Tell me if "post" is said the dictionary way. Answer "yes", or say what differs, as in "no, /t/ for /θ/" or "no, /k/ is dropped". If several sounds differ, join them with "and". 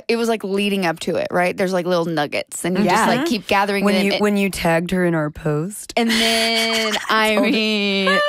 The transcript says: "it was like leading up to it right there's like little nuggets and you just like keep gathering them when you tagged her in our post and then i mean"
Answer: yes